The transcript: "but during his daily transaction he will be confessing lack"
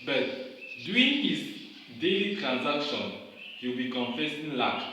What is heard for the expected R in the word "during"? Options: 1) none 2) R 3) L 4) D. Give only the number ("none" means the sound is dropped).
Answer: 1